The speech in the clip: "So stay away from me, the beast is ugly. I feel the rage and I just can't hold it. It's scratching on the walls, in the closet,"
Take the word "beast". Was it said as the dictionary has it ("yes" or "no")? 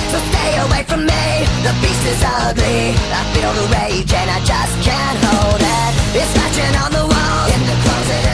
no